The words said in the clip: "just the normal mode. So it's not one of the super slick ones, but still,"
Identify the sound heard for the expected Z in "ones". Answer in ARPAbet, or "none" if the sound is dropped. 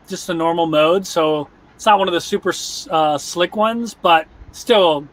Z